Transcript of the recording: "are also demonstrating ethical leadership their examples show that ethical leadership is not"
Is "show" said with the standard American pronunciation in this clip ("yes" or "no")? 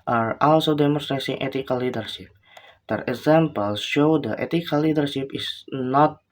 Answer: yes